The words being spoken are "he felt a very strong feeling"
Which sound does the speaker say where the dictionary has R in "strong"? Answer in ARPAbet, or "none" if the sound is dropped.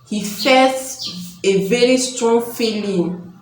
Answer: R